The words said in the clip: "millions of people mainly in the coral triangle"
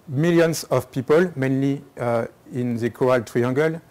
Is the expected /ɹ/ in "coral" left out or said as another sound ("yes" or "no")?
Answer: yes